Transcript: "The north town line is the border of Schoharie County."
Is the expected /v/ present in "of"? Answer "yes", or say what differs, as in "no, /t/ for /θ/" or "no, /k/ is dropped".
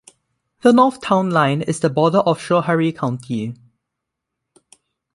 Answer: no, /f/ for /v/